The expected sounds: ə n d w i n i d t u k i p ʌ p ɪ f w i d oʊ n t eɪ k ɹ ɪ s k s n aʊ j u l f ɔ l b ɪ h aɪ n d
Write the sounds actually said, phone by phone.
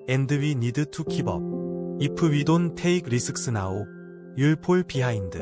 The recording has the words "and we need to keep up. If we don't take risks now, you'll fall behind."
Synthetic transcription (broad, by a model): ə n d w i n i d t u k i b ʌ p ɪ w i d oʊ n t eɪ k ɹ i s k s n aʊ j u l p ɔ l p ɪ h aɪ n d